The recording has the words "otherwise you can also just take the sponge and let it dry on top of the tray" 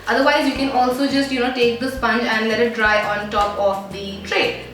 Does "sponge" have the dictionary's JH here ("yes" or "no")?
yes